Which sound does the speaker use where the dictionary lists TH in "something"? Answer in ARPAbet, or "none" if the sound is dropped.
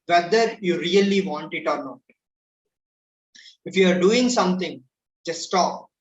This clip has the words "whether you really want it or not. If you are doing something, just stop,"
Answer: T